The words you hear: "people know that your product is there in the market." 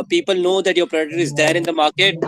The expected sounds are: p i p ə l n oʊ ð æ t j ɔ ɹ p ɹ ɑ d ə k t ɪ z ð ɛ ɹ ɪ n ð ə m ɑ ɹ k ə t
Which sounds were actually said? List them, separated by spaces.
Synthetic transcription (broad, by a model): p i p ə l n oʊ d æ t j ɔ ɹ p ɹ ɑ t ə t ɪ z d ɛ ɹ ɪ n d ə m ɑ ɹ k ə t